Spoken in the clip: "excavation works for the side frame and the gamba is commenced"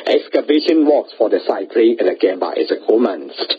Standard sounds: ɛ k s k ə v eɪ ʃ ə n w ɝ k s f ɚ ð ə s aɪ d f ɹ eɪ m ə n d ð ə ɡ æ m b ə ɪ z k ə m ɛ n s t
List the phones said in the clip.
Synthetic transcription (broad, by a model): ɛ k s k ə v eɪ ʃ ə n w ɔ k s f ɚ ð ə s aɪ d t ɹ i ə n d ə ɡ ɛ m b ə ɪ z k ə m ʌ n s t